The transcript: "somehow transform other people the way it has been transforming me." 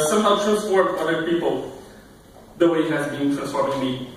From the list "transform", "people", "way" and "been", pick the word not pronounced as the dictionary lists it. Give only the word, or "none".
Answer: transform